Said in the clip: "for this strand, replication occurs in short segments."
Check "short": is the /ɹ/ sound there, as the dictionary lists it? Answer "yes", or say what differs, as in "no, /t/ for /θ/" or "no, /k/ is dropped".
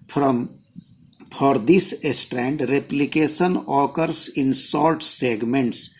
no, /l/ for /ɹ/